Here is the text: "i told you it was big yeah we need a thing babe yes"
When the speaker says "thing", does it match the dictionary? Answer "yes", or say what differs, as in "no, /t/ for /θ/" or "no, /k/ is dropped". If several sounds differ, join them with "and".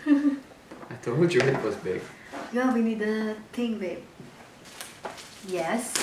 no, /t/ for /θ/